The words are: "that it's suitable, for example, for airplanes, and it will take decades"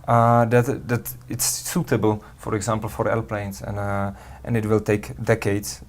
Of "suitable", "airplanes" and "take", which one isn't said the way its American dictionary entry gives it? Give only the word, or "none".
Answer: airplanes